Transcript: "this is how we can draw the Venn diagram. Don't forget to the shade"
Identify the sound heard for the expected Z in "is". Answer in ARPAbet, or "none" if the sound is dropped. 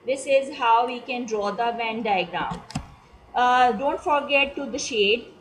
Z